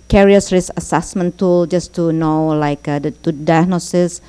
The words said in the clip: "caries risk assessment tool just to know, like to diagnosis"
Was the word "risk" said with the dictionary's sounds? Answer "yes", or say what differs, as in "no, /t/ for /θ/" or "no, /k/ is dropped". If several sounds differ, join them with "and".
no, /k/ is dropped